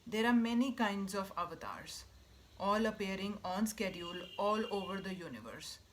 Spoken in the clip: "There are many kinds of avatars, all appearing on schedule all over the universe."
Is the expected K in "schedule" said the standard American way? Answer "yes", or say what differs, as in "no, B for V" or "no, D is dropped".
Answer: yes